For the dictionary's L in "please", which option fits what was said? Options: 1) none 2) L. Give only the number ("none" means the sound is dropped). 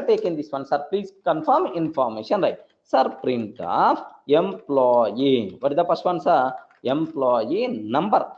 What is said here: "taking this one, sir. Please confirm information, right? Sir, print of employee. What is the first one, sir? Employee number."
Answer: 2